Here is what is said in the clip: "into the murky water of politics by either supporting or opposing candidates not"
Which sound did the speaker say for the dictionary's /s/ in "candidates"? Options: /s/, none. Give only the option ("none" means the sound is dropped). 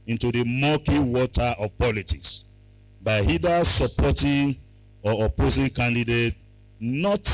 none